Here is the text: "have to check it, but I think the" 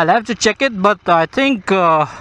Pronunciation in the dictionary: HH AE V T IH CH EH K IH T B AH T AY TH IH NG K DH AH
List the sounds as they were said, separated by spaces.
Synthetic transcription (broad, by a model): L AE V T IH CH EH K IH T B AH T AY T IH NG K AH